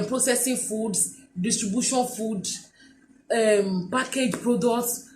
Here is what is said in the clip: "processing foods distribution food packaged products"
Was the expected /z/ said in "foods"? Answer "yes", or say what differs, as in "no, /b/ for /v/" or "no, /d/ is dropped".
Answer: no, /z/ is dropped